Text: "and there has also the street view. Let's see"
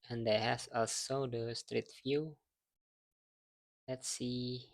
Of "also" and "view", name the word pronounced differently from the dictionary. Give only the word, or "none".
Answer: view